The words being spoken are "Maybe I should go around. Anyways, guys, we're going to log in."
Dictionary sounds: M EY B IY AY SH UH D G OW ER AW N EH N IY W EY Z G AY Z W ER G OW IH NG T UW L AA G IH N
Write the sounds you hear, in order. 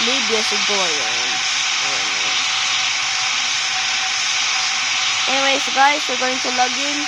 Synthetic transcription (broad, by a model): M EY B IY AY S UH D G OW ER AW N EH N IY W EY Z G AY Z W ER G OW IH NG T UW L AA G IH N